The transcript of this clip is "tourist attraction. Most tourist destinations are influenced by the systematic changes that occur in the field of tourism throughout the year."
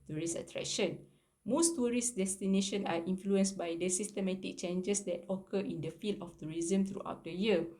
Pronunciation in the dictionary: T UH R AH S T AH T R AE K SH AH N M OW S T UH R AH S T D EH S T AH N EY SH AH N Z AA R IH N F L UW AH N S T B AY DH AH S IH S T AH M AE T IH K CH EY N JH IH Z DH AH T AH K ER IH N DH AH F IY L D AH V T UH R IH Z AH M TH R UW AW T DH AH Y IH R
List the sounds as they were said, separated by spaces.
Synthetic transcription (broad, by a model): T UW R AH S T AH T R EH K SH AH N M OW S T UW R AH S D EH S T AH N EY SH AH N AA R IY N F L UW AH N S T B AY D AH S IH S T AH M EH T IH K CH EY N JH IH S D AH T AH K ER IH N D AH F IY L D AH F T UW R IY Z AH M T R UW AW T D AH Y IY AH